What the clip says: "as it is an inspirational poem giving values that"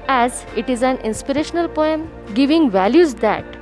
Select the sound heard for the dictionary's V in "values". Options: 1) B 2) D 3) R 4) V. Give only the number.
4